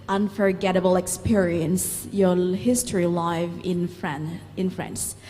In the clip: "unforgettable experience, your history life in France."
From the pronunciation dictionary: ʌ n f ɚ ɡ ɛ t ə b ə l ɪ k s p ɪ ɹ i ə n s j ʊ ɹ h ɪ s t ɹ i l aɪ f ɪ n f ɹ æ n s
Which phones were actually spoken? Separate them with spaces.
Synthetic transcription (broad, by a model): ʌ n f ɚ ɡ ɛ t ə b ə l ɪ k s p ɪ ɹ i ə n s j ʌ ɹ h ɪ s t ɹ i l aɪ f ɪ n f ɹ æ n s